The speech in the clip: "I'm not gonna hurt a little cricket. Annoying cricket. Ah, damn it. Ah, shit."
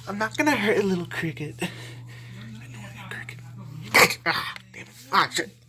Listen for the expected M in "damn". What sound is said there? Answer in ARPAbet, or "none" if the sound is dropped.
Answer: none